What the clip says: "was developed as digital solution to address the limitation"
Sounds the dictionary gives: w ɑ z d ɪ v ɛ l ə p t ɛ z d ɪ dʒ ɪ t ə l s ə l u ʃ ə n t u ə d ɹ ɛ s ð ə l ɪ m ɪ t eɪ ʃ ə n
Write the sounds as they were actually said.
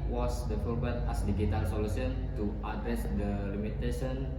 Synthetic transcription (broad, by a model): w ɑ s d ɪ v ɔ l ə t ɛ s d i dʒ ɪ t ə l s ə l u s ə n t u ə d ɹ ɛ s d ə l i m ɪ t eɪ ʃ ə n